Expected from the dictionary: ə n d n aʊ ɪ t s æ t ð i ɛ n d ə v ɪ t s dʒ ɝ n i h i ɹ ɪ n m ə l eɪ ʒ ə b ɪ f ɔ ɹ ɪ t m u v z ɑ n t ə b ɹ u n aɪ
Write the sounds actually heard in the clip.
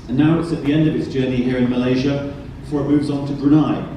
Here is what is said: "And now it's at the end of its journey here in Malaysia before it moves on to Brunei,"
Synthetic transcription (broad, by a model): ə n n aʊ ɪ t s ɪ t ð i ɛ n d ə v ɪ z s dʒ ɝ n i h i ɹ ɪ n m ə l eɪ ʒ ə b ɪ f ɔ ɹ ɪ t m u v z n t ə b ɹ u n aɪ